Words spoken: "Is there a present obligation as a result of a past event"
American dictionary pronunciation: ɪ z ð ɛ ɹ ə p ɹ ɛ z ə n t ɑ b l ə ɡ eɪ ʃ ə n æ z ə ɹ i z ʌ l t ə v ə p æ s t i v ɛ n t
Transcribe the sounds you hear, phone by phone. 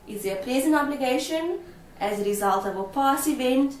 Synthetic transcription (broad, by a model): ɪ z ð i ə p ɹ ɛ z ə n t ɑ b l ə ɡ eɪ ʃ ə n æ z ə ɹ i z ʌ l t ə v ə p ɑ s i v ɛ n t